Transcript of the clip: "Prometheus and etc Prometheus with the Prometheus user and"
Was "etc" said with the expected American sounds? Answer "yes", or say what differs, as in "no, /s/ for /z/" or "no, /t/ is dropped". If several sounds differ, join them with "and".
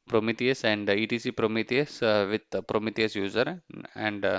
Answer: no, /s/ is dropped